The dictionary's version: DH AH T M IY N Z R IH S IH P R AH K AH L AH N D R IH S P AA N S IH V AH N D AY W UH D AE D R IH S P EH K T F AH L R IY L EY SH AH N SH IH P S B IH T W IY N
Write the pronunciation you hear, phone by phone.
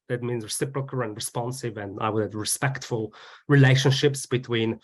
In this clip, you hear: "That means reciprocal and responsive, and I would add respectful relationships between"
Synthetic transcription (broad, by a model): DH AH T M IY N Z R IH S IH P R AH K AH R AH N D R IH S P AA N S IH V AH N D AY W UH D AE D R IH S P EH K T F AH L R IY L EY SH AH N SH IH P S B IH T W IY N